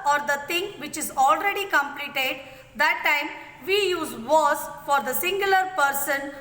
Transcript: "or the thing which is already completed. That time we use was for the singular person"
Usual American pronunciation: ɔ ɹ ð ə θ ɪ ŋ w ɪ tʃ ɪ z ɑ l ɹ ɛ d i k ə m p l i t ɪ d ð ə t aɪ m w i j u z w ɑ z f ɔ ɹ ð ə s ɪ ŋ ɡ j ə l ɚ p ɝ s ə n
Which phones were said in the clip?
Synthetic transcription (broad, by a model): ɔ ɹ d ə t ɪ ŋ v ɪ tʃ ɪ z ɑ l ɹ ɛ d i k ə m p l i t ɪ d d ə t aɪ m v i j u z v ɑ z f ɔ ɹ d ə s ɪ ŋ ɡ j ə l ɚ p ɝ s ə n